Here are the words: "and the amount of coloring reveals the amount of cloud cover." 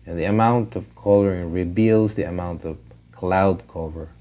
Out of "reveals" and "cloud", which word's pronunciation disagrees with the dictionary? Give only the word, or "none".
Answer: reveals